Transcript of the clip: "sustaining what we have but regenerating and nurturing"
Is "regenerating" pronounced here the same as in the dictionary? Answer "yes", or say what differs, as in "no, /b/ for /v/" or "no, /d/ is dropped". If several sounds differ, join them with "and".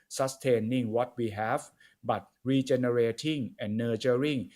no, /tʃ/ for /dʒ/